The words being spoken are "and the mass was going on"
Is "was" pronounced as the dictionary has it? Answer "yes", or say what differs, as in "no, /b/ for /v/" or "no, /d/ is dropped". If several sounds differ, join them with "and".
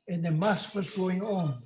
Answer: yes